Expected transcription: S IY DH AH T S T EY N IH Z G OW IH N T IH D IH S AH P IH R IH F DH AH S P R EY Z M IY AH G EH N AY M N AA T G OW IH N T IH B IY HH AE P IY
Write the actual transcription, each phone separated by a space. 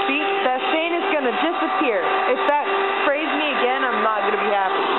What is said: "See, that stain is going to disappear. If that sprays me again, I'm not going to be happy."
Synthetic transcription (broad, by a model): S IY DH AH T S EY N IH Z G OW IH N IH D IH S AH P IH R IH F DH AH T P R EY Z M IY AH G EH N AY M N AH T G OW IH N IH B IY HH AE P IY